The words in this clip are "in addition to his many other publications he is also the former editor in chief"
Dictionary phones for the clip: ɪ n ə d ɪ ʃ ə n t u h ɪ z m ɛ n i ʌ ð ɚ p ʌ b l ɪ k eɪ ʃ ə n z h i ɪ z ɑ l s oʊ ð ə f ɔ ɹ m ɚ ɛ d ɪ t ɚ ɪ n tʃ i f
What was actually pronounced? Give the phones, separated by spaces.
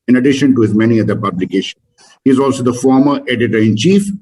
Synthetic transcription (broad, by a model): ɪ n ə d ɪ ʃ ə n t u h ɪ z m ɛ n i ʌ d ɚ p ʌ b l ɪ k eɪ ʃ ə n h i ɪ z ɑ l s oʊ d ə f ɔ ɹ m ɚ ɛ d ɪ t ɚ ɪ n tʃ i f